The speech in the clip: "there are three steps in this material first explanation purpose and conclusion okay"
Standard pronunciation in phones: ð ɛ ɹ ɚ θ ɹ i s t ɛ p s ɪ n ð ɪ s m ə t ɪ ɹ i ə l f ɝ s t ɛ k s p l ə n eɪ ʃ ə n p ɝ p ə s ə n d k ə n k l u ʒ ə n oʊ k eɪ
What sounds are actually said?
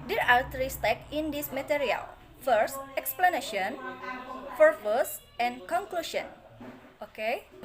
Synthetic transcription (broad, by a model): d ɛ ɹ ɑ t ɹ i s t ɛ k ɪ n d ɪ s m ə t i ɹ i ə l f ɝ s t ɛ k s p l ə n eɪ ʃ ə n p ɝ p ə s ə n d k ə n k l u ʃ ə n oʊ k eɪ